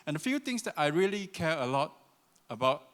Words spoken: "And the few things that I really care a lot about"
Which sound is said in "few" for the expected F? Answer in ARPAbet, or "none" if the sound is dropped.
F